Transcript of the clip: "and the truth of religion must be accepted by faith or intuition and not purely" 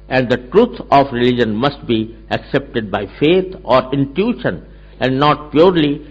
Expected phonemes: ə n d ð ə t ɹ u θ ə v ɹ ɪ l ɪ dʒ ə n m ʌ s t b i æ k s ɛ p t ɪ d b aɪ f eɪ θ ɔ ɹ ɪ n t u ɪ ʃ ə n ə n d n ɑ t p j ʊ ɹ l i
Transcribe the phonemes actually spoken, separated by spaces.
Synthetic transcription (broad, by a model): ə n d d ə t ɹ u t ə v ɹ ɪ l ɪ dʒ ə n m ʌ s t b i æ k s ɛ p t ɪ d b aɪ f eɪ t ɔ ɹ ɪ n t u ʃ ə n ə n d n ɑ t p j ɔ ɹ l i